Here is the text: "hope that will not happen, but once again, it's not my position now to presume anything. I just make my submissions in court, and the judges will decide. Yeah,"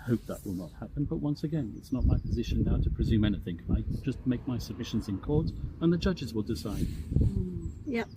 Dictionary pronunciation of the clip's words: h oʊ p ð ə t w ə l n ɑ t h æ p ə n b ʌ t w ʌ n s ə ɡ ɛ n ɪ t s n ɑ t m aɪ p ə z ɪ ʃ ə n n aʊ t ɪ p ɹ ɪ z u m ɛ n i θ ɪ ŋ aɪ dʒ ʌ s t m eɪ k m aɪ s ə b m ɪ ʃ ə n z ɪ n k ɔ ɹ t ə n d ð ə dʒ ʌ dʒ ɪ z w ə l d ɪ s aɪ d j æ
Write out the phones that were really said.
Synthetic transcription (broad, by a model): h oʊ p ð ə t w ə l n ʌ t h æ p ə n b ʌ t w ʌ n s ə ɡ ɛ n ɪ t s n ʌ t m aɪ p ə z ɪ ʃ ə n n aʊ t ɪ p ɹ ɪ z u m ɛ n i θ ɪ ŋ aɪ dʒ ʌ s t m eɪ k m aɪ s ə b m ɪ ʃ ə n z ɪ n k ɔ ɹ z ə n ð ə dʒ ʌ dʒ ɪ z w ə l d ɪ s aɪ d j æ